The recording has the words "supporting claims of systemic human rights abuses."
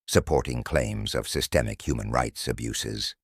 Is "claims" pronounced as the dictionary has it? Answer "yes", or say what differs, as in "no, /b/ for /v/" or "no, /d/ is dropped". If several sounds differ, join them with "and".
yes